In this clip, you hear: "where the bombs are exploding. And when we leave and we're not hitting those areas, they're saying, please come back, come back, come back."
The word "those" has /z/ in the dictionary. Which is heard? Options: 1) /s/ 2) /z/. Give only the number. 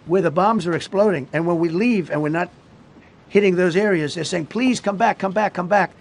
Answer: 2